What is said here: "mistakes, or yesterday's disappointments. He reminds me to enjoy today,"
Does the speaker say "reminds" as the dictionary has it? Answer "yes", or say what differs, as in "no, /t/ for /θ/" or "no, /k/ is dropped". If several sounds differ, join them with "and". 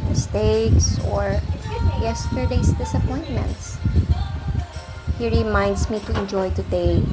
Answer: no, /s/ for /z/